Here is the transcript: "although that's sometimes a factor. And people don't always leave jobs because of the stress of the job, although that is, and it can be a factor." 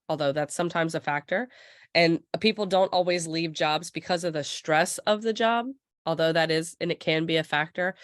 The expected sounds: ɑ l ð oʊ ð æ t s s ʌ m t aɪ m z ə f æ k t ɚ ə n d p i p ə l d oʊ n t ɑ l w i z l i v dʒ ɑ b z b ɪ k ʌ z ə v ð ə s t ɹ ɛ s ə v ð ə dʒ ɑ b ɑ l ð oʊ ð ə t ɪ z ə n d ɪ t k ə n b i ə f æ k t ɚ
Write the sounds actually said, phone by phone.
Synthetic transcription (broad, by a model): ɑ l ð oʊ ð æ t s s ʌ m t aɪ m z ə f æ k t ɚ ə n p i p l d oʊ n t ɑ l w i z l i v dʒ ɑ b z b ɪ k ʌ z ə v ð ə s t ɹ ɛ s ə v ð ə dʒ ɑ b ɑ l ð oʊ ð ə t ɪ z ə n ɪ t k ə n b i ə f æ k t ɚ